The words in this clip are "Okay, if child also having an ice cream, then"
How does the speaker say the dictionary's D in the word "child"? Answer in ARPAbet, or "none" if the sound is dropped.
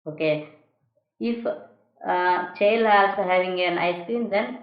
none